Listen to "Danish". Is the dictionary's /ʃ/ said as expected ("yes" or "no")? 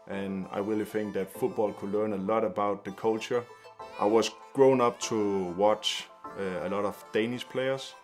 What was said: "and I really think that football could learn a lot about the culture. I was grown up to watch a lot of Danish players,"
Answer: no